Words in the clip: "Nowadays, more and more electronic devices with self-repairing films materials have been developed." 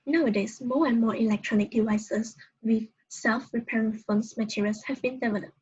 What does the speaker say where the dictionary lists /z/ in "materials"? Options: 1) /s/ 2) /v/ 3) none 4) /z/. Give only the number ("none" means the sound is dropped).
1